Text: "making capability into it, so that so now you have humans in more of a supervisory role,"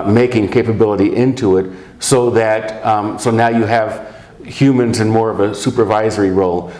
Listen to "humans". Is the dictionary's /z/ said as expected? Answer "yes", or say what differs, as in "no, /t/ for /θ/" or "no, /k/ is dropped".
yes